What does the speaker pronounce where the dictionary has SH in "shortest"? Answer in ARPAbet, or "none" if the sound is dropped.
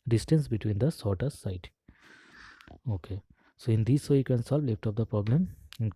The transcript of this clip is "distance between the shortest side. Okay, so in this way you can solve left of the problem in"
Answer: S